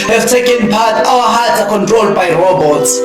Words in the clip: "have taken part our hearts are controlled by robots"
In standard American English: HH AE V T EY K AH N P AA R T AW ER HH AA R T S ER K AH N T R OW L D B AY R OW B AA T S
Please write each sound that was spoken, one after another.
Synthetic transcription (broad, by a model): HH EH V T EY K AH N P AA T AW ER HH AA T ER K AH N T R OW L D B AY R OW B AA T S